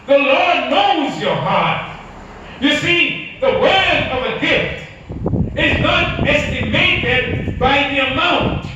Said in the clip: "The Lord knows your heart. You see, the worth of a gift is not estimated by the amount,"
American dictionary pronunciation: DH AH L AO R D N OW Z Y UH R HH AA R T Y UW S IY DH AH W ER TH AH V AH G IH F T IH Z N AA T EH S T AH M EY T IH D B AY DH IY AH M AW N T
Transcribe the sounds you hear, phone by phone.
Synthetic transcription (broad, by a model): DH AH L AO R D N OW Z Y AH R HH AA R T Y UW S IY DH AH W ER AH V AH G IH F T IH Z N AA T EH S T AH M EY T IH D B AY DH IY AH M AW N T